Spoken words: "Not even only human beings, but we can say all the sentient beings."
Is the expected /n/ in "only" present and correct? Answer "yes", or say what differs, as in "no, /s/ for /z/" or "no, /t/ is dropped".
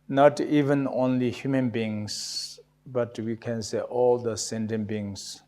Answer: yes